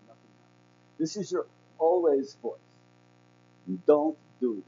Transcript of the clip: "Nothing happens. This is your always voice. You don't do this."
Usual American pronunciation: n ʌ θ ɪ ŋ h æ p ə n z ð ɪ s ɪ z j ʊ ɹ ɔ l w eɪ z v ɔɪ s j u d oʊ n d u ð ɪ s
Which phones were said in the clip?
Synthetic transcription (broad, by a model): n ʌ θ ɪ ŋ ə ð ɪ s ɪ z j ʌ ɹ ɔ l w eɪ z v ɔɪ s d oʊ n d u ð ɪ